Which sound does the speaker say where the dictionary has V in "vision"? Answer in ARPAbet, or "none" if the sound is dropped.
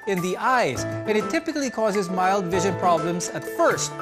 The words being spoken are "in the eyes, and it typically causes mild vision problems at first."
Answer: V